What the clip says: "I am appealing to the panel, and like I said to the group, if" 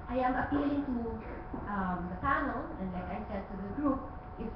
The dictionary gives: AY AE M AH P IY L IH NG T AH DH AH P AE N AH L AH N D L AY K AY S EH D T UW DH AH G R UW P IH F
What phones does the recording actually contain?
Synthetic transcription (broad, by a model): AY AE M AH P IY L IH NG T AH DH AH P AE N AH L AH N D L AY K AY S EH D T UW DH AH G R UW P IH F